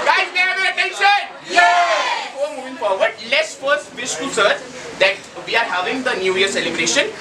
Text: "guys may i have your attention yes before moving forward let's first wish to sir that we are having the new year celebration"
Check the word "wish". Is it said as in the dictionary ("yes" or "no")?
no